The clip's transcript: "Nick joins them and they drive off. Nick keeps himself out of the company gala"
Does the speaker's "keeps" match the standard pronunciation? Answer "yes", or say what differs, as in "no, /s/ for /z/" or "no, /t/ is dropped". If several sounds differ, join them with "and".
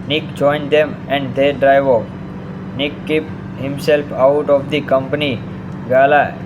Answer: no, /s/ is dropped